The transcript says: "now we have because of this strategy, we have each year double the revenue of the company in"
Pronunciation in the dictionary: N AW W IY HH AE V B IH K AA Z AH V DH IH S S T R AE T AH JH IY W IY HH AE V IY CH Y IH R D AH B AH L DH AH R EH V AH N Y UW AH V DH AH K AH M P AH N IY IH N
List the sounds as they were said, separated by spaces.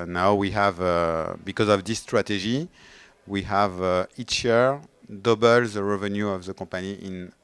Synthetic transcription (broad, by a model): N AW W IY HH AE V B IH K AA Z AH V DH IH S S T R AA T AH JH IY W IY HH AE V IY CH Y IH R D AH B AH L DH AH R EH V AH N Y UW AH V DH AH K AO P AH N IY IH N